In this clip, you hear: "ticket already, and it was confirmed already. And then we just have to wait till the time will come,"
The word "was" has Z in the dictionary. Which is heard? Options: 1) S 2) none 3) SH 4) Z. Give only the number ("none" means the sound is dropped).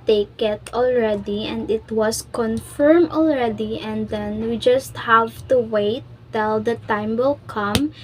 1